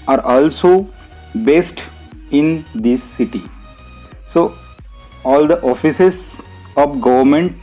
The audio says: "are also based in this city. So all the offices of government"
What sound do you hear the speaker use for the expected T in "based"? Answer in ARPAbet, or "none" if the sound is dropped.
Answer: T